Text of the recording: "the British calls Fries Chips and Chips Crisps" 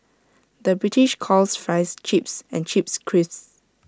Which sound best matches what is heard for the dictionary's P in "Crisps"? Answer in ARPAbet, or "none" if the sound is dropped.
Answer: none